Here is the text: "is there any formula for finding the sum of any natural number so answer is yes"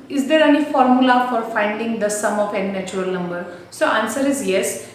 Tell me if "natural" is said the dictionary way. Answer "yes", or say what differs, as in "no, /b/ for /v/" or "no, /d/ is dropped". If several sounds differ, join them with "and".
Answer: no, /tʃ/ is dropped